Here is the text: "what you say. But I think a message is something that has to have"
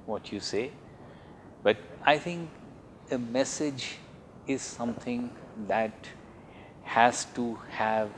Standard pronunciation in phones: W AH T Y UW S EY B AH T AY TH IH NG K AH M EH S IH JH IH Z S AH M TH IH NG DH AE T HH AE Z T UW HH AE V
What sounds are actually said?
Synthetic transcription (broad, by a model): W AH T Y UW S EY B AH T AY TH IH NG K AH M EH S IH JH IH Z S AH M T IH NG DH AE T HH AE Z T UW HH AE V